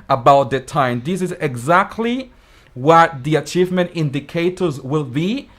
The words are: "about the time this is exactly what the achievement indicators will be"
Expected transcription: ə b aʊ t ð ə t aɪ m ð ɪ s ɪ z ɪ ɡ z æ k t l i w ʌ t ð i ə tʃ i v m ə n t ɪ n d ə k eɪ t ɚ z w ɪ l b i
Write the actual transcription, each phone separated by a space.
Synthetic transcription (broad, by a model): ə b aʊ t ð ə t aɪ m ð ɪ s ɪ z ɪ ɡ z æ k t l i w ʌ t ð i ə tʃ i v m ə n t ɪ n d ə k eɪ t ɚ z w ɪ l b i